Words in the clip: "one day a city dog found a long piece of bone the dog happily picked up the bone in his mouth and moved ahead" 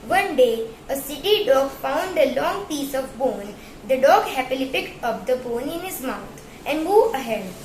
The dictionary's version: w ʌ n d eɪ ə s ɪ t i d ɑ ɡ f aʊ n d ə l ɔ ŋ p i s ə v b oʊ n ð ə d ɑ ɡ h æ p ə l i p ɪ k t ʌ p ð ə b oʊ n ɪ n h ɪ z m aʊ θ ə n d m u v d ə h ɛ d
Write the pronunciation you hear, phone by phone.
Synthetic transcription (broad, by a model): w ʌ n d eɪ ə s ɪ t i d ɑ ɡ f aʊ n d ə l ɔ ŋ p i s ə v b oʊ n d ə d ɑ ɡ h æ p ə l i p ɪ k t ʌ p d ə b oʊ n ɪ n h ɪ z m aʊ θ ə n d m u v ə h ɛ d